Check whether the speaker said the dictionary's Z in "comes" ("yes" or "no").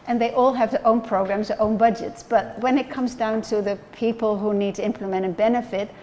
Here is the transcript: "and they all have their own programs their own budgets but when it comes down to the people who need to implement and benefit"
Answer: yes